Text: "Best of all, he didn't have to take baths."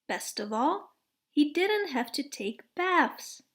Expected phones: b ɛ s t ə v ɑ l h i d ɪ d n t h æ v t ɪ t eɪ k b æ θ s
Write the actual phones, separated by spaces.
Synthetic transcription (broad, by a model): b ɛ s t ə v ɑ l h i d ɪ d n t h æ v t ɪ t eɪ k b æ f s